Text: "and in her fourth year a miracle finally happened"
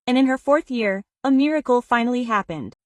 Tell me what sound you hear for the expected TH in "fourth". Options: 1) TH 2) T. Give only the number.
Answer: 1